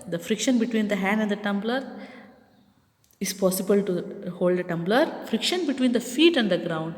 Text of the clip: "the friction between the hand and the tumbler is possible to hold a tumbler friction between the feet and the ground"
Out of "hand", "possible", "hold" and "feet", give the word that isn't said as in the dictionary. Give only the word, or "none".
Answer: none